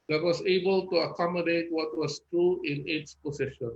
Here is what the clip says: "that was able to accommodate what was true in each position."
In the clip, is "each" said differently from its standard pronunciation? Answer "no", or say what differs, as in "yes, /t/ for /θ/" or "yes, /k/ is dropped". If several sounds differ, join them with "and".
yes, /s/ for /tʃ/